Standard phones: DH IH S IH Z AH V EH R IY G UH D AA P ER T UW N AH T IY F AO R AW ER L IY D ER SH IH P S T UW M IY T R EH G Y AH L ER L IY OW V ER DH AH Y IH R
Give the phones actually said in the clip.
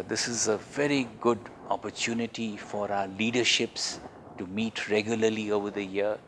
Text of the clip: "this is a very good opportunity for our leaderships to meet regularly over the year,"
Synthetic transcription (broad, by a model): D IH S IH Z AH V EH R IY G UH D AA P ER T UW N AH T IY F AO R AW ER L IY D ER SH IH P S T UW M IY T R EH G Y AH L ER L IY OW V ER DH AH Y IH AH